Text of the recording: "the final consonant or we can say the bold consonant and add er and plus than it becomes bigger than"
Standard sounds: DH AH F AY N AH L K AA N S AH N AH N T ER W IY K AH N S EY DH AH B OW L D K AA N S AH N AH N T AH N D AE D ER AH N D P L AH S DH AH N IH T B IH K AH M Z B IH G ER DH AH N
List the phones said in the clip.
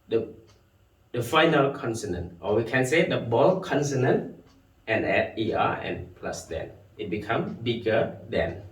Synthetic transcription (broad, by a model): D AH F AY N AH L K AA N S AH N AH N T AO W IY K AH N S EY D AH B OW L K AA N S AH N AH N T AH N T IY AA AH N P L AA S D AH N IH T B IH K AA M B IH G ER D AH N